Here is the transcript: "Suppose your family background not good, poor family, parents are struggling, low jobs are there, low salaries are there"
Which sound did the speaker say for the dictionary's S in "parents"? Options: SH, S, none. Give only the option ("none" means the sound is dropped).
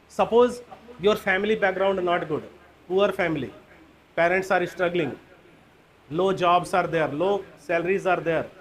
S